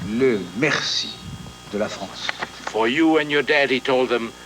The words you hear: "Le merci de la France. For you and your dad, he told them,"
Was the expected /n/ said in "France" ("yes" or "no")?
no